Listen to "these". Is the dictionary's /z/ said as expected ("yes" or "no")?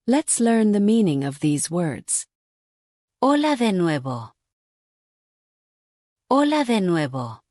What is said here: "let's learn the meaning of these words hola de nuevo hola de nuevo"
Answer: yes